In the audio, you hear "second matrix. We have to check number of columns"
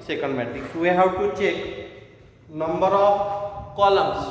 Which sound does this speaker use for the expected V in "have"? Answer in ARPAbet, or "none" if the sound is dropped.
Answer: W